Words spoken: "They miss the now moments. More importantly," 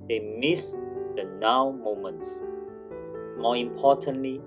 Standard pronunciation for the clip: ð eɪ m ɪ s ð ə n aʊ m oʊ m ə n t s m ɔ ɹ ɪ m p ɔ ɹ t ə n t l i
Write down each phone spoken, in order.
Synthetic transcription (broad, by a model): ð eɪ m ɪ s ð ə n aʊ m oʊ m ə n t s m ɔ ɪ m p ɔ t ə n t l i